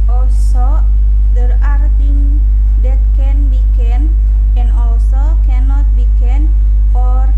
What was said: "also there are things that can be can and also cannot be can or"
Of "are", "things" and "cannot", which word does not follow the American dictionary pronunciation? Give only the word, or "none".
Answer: things